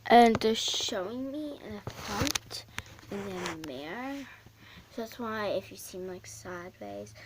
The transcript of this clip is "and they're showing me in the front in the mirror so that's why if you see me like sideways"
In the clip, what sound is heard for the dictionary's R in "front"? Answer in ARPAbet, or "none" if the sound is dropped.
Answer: none